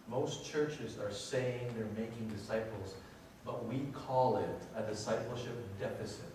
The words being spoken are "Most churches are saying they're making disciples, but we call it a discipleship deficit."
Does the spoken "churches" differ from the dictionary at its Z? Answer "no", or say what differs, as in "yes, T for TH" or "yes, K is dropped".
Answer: no